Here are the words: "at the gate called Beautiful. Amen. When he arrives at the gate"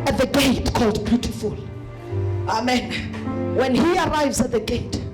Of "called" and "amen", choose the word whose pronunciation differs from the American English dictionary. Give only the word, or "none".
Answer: none